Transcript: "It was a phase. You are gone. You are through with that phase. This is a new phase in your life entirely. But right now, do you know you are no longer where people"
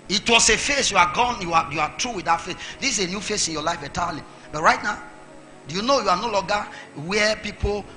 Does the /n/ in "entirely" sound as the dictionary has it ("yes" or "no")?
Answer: no